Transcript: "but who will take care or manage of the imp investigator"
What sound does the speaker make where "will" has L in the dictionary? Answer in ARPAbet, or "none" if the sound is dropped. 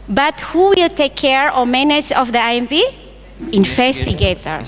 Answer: L